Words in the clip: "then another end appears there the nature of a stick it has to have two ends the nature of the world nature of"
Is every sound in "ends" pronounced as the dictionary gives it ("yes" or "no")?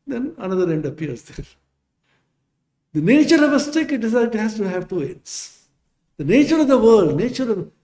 no